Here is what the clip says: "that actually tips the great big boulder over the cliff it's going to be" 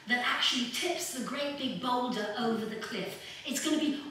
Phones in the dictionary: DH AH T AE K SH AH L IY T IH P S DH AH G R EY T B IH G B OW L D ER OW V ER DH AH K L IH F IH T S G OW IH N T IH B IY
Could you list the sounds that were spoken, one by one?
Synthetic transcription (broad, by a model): DH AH T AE K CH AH L IY T IH P S DH AH G R EY T B IH G B OW L D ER OW V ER DH AH K L IH F IH T S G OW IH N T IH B IY